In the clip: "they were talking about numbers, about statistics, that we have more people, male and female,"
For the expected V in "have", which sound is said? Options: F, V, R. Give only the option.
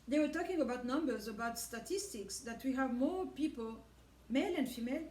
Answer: V